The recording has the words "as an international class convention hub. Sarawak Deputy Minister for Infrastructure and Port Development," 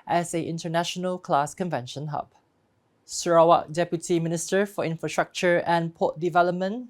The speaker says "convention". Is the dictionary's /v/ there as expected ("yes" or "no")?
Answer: yes